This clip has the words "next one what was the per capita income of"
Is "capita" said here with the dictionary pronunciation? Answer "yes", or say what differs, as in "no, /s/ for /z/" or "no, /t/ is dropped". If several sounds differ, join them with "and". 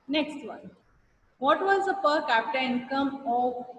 yes